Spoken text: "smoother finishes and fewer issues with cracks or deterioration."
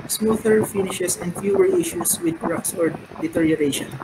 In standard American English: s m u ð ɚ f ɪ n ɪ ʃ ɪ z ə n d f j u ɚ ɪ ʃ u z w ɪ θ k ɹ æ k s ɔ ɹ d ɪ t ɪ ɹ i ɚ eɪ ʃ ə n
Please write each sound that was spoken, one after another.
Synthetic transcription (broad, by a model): s m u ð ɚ f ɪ n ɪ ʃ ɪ s ə n d f j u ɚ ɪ ʃ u s w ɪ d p ɹ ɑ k s ɔ ɹ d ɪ t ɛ ɹ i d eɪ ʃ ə n